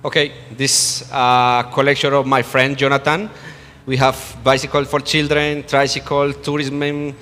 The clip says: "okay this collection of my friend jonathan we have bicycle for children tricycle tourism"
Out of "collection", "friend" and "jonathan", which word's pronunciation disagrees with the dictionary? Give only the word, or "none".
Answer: jonathan